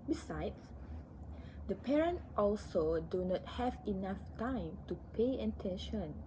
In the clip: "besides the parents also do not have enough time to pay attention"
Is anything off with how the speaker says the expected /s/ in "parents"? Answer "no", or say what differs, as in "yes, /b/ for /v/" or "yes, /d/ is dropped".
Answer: yes, /s/ is dropped